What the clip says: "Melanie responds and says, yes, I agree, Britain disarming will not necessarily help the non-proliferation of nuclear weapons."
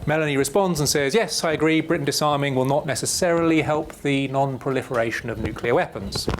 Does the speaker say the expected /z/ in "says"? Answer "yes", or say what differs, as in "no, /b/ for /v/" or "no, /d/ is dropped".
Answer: yes